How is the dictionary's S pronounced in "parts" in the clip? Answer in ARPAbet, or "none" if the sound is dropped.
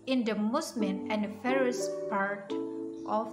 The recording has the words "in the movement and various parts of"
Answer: none